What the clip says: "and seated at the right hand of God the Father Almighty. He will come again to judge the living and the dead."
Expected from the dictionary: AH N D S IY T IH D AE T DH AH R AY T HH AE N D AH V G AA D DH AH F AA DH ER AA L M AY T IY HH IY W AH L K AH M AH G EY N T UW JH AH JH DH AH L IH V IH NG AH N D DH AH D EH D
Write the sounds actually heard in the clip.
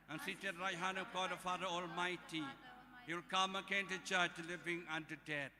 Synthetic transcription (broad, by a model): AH N S IY T IH D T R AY HH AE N AH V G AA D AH F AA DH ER AA L M AY T IY HH IY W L K AH M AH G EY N T UW CH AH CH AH L IH V IH NG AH N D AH D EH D